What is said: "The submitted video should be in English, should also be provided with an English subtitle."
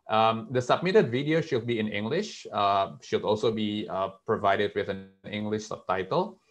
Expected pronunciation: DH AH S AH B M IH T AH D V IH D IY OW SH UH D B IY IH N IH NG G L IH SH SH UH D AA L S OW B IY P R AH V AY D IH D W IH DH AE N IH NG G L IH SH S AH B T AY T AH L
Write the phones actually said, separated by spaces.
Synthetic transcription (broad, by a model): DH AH S AH B M IH T AH D V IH D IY OW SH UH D B IY IH N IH NG G L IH SH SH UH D AA L S OW B IY P R AH V AY D IH D W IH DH AE N IH NG G L IH SH S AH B T AY T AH L